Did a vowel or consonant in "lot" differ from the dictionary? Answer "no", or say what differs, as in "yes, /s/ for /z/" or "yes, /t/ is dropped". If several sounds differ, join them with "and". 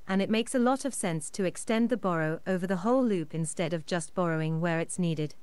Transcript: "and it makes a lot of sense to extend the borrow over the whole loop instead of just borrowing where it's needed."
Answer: no